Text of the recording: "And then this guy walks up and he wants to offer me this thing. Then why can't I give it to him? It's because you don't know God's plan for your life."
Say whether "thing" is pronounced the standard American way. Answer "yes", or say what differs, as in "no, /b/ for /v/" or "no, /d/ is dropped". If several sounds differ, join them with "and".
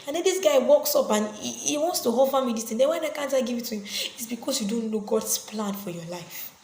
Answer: no, /t/ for /θ/